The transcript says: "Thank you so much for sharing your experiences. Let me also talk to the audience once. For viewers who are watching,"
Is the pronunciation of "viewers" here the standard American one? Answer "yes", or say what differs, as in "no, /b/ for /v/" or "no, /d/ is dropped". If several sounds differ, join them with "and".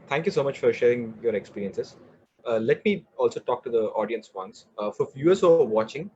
no, /f/ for /v/